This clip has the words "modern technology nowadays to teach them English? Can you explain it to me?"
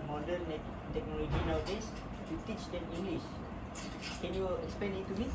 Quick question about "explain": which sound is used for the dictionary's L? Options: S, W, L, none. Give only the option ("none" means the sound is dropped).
none